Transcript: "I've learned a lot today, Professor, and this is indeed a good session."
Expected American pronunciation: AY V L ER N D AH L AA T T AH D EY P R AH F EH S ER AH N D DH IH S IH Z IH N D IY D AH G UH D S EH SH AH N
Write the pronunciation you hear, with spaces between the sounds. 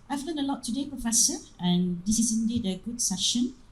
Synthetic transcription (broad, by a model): AY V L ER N AH L AA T T AH D EY P R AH F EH S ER AH N D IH S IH S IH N D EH D AH G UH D S EH SH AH N